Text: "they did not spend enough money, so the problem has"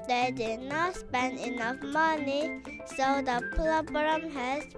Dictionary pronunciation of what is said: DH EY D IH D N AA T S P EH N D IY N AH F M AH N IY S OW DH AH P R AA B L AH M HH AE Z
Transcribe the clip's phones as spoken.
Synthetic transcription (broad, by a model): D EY D IH D N AA T S P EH N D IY N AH F M AH N IY S OW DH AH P L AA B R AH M HH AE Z